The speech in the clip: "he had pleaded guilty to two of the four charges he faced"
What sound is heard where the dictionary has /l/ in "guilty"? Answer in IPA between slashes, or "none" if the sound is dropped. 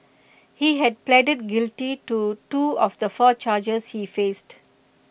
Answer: /l/